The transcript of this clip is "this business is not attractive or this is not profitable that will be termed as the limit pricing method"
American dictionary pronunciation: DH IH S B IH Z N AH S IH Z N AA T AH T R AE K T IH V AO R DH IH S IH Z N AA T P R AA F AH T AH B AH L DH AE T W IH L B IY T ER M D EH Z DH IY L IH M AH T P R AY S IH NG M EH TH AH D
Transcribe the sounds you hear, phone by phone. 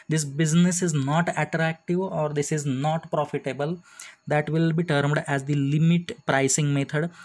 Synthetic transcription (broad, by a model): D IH S B IH Z N AH S IH Z N AA T AH T R AE K T IH V AO R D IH S IH Z N AA T P R AA F AH T AH B AH L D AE T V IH L B IY T ER M D EH Z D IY L IH M AH T P R AY S IH NG M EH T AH D